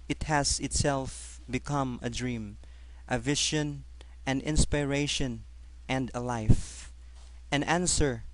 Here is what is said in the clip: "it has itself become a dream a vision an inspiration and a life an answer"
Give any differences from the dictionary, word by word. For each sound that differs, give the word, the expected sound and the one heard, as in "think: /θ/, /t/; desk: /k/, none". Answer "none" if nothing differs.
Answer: vision: /ʒ/, /ʃ/